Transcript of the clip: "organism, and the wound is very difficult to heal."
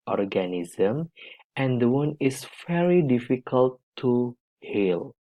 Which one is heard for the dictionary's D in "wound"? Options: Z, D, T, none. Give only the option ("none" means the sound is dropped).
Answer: none